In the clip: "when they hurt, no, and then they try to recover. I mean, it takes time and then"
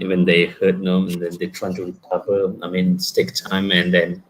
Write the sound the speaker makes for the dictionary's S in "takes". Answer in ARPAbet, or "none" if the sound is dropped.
none